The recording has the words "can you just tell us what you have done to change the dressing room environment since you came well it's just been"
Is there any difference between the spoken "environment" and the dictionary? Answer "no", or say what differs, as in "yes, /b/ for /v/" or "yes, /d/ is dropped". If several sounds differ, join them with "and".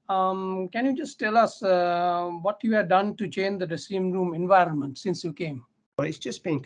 no